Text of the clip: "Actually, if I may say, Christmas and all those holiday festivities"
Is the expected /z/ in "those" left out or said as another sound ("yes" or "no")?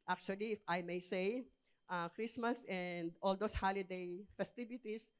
yes